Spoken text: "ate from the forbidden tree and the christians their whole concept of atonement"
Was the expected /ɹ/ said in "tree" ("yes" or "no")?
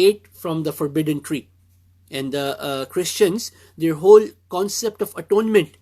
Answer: yes